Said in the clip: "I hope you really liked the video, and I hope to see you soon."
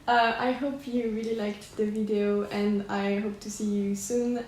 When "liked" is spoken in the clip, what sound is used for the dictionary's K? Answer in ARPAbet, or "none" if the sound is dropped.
K